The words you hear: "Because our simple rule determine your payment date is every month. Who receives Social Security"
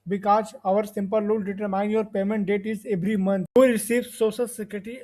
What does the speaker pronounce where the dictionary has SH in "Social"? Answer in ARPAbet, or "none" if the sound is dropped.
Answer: S